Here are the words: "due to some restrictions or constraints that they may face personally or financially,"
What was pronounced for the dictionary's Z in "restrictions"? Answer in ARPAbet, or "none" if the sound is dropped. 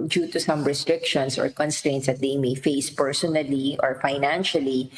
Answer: S